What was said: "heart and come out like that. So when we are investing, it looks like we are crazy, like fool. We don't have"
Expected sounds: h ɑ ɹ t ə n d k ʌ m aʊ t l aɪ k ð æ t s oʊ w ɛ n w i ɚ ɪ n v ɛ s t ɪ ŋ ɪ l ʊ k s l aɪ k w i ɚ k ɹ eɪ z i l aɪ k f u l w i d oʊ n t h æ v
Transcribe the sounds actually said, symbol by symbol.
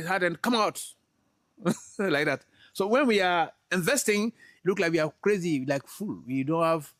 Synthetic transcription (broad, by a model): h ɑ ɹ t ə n k ʌ m aʊ t l aɪ k ð æ t s oʊ w ɛ n w i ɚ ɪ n v ɛ s t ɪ ŋ l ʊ k l aɪ k w i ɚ k ɹ eɪ z i l aɪ k f u l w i d oʊ n t h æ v